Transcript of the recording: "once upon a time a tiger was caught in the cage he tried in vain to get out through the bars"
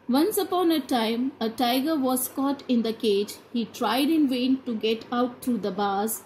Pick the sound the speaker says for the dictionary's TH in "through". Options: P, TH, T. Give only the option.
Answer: T